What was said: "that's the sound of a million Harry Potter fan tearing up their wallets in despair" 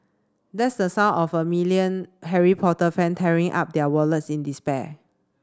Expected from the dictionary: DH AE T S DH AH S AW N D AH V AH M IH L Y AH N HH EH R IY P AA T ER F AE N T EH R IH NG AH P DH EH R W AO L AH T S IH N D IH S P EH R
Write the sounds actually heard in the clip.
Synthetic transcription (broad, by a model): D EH T S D AH S AW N AH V AH M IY L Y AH N HH EH R IY P AA T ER F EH N T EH R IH NG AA P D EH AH W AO L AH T S IH N D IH S P EH